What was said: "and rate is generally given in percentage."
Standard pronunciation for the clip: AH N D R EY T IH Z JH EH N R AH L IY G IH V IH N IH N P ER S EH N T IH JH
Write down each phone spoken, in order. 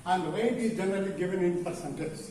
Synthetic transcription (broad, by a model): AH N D W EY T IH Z JH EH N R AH L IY G IH V IH N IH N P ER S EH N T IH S